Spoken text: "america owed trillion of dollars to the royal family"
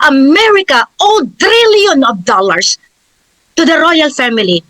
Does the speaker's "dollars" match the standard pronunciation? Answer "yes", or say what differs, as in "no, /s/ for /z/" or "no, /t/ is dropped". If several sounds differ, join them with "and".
no, /s/ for /z/